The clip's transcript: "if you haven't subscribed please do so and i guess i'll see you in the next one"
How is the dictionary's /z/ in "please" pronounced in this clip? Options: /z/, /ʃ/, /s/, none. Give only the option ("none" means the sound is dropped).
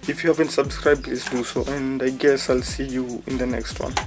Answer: /s/